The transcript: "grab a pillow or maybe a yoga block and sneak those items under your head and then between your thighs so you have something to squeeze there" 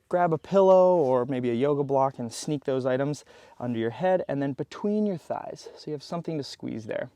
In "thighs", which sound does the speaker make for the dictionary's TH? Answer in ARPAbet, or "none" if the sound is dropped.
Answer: TH